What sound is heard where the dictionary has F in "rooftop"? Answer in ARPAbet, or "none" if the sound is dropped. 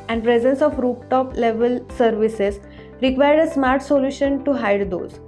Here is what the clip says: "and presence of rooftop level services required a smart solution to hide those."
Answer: P